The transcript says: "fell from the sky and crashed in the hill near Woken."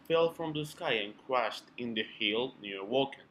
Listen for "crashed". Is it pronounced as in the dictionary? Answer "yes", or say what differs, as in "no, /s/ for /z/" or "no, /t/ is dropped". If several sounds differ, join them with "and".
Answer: yes